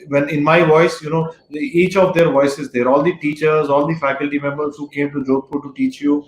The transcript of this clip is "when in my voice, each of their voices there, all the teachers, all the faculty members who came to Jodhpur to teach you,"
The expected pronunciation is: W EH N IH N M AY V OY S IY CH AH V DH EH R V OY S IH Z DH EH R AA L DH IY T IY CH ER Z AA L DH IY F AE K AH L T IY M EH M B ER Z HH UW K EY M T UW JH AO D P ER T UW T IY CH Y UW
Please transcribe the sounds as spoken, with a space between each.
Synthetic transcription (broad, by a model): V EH N IH N M AY V OY S IY CH AH V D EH R V OY S IH Z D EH R AA L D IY T IY CH ER Z AA L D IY F AE K AH L T IY M EH M B ER Z HH UW K EY M T UW JH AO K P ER T UW T IY CH Y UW